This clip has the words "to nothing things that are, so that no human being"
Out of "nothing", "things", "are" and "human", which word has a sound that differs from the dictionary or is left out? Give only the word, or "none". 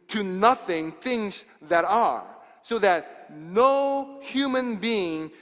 none